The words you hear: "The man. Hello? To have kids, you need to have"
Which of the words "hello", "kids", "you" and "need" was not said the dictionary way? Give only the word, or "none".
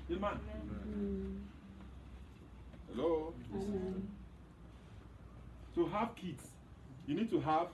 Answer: kids